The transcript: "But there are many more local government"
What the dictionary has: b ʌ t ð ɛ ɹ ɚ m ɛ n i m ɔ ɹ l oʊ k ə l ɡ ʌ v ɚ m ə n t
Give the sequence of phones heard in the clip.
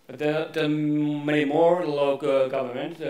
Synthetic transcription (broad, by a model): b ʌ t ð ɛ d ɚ m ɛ i m ɔ ɹ l oʊ ə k ɡ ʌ v ɚ m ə n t